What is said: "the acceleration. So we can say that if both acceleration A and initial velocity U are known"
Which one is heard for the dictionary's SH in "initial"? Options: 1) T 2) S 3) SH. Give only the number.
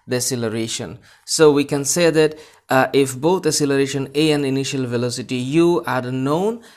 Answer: 3